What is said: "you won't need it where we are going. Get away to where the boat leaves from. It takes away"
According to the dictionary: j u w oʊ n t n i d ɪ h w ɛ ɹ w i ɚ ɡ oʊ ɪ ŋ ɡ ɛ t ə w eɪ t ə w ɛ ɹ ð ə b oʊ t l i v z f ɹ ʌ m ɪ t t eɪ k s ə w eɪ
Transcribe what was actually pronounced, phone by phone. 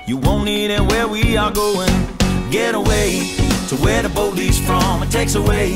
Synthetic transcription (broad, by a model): j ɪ w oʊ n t n i d ɪ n w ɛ ɹ w i ɚ ɡ oʊ ɪ ŋ ɡ ɛ t ə w eɪ t ə w ɛ ɹ ð ə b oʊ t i z f ɹ ʌ m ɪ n t eɪ k s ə w eɪ